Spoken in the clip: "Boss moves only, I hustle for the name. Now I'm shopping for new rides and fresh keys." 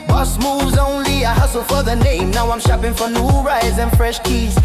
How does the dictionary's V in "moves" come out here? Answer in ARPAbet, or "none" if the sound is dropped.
V